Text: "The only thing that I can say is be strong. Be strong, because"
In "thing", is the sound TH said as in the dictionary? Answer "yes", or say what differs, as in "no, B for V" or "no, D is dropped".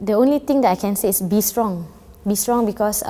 no, T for TH